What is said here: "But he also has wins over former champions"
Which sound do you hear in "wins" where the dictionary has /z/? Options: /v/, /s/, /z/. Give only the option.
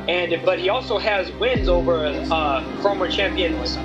/z/